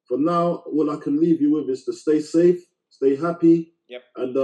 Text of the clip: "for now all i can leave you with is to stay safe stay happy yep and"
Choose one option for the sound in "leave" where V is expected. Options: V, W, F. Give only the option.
V